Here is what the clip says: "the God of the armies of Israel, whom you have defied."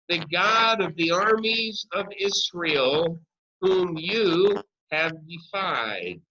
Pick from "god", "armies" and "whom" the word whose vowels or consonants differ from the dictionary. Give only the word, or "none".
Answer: none